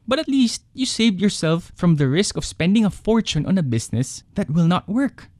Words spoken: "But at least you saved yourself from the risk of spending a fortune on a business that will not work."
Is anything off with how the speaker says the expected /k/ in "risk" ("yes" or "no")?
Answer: no